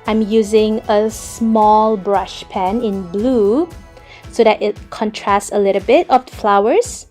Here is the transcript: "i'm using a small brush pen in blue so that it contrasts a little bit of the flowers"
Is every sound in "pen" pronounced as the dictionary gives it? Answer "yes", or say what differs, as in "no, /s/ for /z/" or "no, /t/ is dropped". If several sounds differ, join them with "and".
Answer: yes